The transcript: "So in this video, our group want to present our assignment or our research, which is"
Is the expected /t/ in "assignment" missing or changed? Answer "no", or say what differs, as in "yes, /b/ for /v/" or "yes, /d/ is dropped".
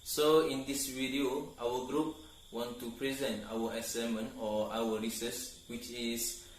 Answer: yes, /t/ is dropped